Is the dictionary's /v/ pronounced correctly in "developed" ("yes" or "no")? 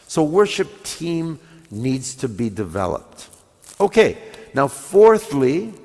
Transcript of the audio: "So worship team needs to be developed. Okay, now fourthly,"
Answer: yes